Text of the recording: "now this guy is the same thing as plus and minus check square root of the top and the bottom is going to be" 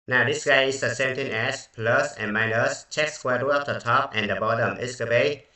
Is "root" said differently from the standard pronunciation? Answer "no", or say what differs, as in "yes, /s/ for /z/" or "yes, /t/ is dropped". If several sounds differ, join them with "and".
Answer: yes, /t/ is dropped